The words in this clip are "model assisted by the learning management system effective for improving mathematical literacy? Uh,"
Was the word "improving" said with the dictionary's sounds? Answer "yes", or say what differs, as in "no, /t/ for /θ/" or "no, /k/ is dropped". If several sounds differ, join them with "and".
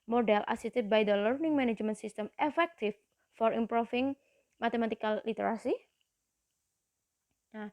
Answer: no, /f/ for /v/